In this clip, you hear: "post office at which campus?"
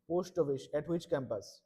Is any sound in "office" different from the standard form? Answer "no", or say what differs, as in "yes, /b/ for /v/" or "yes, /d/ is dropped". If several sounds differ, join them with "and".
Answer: yes, /ʃ/ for /s/